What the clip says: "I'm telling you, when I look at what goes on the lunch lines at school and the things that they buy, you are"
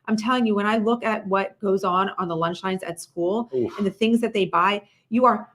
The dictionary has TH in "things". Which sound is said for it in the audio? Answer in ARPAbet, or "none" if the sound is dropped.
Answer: TH